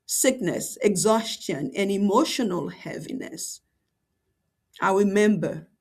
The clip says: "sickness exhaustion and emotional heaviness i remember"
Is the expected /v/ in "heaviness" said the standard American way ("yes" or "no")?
yes